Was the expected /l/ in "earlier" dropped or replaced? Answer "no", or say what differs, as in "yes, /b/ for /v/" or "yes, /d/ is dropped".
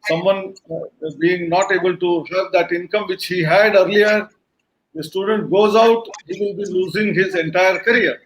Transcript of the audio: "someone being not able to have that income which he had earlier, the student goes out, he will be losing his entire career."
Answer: no